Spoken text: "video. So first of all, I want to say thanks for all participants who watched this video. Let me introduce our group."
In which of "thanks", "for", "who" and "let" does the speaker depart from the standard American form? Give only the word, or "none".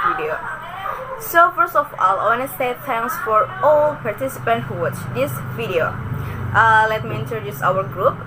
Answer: thanks